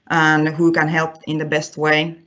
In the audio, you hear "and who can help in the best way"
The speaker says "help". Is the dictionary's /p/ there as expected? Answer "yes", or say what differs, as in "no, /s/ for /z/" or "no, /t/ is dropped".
yes